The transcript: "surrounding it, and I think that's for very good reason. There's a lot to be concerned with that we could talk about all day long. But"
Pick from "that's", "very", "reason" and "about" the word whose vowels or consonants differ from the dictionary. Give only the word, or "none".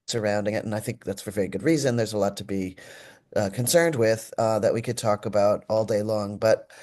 none